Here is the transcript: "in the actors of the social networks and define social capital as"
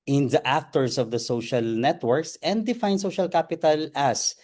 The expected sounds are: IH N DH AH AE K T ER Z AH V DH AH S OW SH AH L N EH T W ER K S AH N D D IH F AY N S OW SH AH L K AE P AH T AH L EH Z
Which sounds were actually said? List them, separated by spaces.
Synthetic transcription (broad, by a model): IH N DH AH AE K T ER S AH V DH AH S OW SH AH L N EH T W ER K S AH N D D IH F AY N S OW SH AH L K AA P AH T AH L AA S